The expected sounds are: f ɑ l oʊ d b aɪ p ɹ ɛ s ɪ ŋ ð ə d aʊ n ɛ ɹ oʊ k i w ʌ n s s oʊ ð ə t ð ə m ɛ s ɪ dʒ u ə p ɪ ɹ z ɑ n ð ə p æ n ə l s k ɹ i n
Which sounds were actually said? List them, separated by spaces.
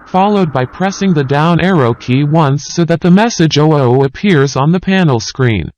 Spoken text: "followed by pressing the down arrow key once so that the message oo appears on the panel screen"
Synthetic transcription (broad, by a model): f ɑ l oʊ d b aɪ p ɹ ɛ s ɪ ŋ ð ə d aʊ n ɛ ɹ oʊ k i w ʌ n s s oʊ ð ə t ð ə m ɛ s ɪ dʒ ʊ ə p ɪ ɹ z n ð ə p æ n l s k ɹ i n